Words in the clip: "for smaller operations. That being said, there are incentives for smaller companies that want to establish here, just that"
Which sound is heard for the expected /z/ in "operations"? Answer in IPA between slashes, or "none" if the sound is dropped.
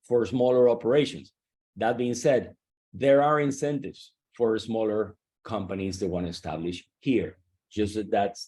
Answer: /s/